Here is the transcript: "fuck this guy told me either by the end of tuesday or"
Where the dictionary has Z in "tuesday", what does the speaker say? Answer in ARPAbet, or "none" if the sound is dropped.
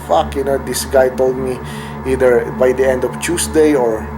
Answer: S